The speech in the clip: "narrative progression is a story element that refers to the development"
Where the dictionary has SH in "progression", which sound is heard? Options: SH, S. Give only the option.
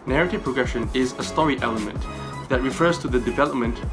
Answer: SH